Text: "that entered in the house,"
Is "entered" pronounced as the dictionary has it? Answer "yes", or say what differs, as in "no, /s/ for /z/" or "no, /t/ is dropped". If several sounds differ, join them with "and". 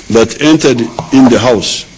yes